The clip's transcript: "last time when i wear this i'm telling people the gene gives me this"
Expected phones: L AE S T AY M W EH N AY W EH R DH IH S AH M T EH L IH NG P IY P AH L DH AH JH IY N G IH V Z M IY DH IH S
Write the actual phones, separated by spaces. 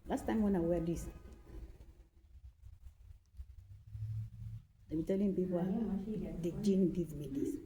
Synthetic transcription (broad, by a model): L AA S T AY M W EH N AY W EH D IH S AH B T EH L IH NG P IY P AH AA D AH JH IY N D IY Z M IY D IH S